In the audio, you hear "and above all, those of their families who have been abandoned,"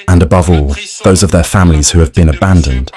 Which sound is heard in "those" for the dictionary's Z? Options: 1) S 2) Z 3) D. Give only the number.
2